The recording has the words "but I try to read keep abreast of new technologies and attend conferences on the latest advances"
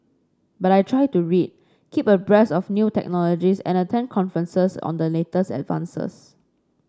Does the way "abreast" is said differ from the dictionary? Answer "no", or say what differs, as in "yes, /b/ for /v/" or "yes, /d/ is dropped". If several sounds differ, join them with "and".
yes, /t/ is dropped